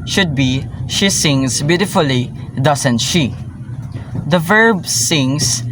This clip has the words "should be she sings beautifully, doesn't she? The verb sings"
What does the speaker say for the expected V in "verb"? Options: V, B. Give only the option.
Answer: V